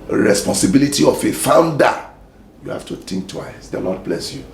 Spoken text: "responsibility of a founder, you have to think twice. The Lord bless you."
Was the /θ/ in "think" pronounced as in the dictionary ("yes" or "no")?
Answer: no